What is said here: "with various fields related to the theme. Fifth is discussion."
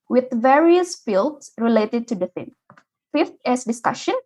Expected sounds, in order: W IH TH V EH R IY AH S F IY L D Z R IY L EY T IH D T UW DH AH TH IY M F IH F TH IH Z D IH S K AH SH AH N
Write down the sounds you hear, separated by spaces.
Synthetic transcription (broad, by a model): W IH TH V EH R IY AH S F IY L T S R IY L EY T IH D T UW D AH F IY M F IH F T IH S D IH S K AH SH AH N